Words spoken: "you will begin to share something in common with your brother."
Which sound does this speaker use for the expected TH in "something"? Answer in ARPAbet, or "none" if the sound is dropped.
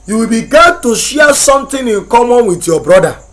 T